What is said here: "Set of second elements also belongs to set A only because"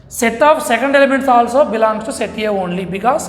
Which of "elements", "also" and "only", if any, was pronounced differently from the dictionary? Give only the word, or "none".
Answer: none